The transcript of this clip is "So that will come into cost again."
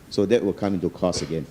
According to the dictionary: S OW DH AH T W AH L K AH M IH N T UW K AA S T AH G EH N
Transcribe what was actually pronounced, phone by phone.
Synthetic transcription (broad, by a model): S OW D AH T W AH L K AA M IH N T UW K AA S AH G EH N